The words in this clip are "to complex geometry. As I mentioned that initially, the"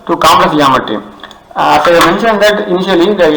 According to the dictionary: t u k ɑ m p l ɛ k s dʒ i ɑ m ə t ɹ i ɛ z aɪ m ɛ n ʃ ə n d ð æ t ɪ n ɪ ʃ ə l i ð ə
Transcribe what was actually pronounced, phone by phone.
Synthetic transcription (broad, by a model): t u k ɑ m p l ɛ s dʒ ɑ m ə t i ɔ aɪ m ɛ n ʃ ə n d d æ t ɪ n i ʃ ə l i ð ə